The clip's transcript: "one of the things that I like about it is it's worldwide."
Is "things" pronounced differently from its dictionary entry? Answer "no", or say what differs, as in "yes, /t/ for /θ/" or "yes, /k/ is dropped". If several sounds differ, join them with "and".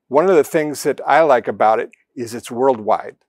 no